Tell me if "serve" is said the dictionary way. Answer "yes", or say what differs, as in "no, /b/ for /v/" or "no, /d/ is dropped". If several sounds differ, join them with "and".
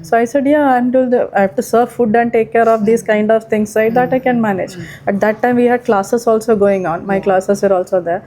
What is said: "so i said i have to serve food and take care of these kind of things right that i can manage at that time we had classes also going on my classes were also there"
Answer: yes